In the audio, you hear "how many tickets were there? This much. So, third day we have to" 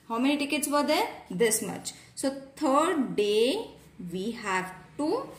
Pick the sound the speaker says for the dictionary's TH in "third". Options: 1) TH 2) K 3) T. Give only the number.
3